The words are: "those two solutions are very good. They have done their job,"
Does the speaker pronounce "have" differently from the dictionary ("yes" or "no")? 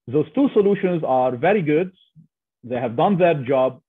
no